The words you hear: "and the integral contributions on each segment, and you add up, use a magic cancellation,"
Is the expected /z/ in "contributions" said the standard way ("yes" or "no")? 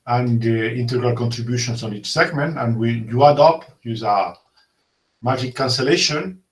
no